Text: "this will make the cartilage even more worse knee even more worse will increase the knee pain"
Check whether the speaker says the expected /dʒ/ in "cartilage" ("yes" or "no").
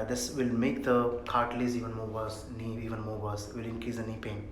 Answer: no